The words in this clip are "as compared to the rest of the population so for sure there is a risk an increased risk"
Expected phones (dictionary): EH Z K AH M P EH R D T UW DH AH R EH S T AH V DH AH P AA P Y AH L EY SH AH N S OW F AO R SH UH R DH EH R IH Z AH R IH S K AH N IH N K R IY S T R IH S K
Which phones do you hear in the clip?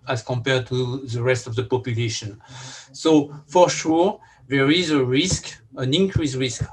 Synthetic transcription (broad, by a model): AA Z K AH M P EH R D T UW DH AH R EH S T AH V DH AH P AA P Y AH L EY SH AH N S OW F AO R SH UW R DH EH R IH Z AH R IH S K AH N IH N K R IY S R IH S K